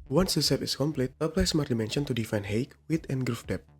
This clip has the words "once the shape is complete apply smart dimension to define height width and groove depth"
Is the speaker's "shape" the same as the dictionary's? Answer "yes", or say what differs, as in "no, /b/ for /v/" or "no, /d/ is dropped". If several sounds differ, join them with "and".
no, /s/ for /ʃ/